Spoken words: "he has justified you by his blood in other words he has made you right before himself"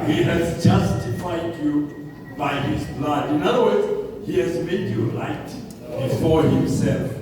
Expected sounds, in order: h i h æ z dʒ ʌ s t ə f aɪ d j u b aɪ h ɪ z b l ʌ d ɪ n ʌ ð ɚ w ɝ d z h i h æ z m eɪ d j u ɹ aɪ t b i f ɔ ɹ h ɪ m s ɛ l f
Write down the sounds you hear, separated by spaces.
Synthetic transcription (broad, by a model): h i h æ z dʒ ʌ s t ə f aɪ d j u b aɪ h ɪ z b l ʌ d ɪ n ʌ ð ɚ w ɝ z h i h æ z m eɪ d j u l aɪ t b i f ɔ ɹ h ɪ m s ɛ l f